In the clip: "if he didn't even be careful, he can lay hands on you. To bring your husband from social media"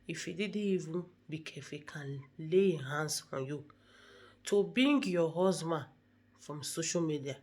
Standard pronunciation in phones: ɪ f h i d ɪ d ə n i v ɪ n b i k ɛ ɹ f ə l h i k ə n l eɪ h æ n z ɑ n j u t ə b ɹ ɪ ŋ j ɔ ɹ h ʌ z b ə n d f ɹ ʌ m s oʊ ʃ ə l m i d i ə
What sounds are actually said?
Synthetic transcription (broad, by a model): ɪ f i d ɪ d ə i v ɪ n b i k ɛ f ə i k ə n l eɪ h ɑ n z ɑ n j u t ə b ɪ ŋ j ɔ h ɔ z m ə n f ɹ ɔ m s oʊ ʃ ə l m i d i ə